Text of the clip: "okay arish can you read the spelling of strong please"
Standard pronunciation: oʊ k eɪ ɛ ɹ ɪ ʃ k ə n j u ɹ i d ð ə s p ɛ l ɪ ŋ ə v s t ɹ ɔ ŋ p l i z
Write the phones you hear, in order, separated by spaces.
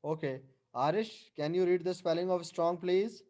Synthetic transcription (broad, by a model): oʊ k eɪ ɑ ɹ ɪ ʃ k ə n j u ɹ i d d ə s p ɛ l ɪ ŋ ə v s t ɹ ɔ ŋ p l i z